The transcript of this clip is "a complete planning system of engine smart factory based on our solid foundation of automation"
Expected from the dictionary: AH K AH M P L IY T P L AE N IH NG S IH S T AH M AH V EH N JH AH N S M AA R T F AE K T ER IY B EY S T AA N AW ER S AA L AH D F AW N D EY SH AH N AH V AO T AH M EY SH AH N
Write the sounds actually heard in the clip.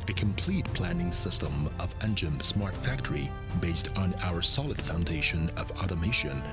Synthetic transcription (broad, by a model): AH K AH M P L IY T P L AE N IH NG S IH S T AH M AH V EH N JH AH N S M AA R T F AE K T ER IY B EY S T N AW ER S AA L AH D F AW N D EY SH AH N AH V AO T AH M EY SH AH N